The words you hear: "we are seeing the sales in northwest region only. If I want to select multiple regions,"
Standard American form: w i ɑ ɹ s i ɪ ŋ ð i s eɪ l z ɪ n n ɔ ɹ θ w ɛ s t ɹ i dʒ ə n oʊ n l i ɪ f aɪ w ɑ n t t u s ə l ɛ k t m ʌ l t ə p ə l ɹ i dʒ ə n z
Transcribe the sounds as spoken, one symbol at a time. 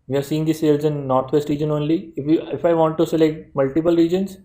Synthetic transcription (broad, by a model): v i ɑ ɹ s i ɪ ŋ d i s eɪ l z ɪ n n ɔ ɹ t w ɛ s t ɹ i dʒ ə n oʊ n l i ɪ f aɪ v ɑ n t t u s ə l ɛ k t m ʌ l t ə p ə l ɹ i dʒ ə n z